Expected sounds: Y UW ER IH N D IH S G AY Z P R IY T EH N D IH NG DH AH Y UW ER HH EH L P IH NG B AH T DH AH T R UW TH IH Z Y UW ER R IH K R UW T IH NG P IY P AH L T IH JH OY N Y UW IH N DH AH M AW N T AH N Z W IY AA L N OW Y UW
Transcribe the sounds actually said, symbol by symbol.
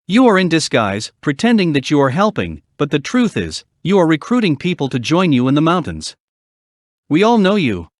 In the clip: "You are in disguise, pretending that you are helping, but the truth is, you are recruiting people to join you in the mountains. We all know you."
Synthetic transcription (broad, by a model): Y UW ER IH N D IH S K AY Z P R IY T EH N D IH NG DH AH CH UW ER HH EH L P IH NG B AH T DH AH T R UW TH IH Z Y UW ER R IH K R UW T IH NG P IY P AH L T IH JH OY N Y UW IH N DH AH M AW N T AH N Z W IY AA L N OW Y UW